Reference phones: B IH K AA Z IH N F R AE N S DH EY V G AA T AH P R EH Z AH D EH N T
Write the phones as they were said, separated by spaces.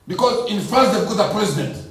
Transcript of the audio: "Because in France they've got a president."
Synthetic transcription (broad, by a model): B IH K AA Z IH N F AE S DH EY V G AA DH AH P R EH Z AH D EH N T